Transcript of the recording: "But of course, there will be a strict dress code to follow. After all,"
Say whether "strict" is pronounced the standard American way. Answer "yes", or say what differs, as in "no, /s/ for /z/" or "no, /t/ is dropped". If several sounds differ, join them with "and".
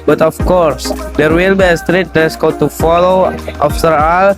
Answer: no, /k/ is dropped